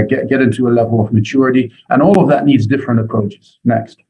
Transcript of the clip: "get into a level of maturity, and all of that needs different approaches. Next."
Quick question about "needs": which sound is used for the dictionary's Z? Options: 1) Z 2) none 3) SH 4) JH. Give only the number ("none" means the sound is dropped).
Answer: 1